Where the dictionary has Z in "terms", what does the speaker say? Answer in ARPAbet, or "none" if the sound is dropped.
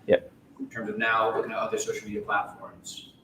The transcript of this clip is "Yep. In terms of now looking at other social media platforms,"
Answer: Z